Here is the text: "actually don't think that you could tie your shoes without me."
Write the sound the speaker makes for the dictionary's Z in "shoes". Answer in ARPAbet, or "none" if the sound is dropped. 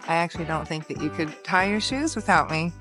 Z